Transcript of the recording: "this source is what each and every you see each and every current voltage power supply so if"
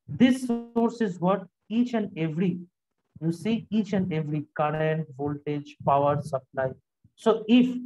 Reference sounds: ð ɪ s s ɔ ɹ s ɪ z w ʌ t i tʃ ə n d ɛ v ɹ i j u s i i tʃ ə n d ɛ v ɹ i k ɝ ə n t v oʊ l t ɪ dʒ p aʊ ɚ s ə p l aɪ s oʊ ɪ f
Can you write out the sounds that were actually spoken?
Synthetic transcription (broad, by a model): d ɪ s s ɔ ɹ s ɪ z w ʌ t i tʃ ə n d ɛ v ɹ i j u s i i tʃ ə n d ɛ v ɹ i k ɝ ə n t v oʊ l t ɪ dʒ p aʊ ɚ s ə p l aɪ s oʊ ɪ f